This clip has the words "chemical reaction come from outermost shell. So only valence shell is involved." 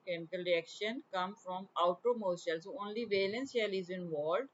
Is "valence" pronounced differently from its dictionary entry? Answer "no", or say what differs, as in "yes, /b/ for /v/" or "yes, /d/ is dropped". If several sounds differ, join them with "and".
no